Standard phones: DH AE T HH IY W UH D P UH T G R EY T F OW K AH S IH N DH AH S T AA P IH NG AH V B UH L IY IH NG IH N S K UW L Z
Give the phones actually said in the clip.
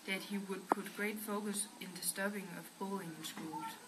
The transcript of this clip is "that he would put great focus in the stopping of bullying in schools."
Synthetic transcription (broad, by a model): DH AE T HH IY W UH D P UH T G R EY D F OW K AH S IH N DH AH S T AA B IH NG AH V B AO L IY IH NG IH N S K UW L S